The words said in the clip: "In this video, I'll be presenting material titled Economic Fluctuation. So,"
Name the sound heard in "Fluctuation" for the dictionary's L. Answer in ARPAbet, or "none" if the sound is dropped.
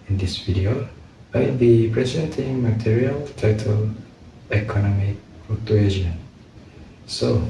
none